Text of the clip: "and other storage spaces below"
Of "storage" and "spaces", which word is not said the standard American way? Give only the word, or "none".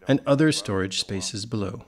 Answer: none